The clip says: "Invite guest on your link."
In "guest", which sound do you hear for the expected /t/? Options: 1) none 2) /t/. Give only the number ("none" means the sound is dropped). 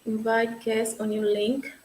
1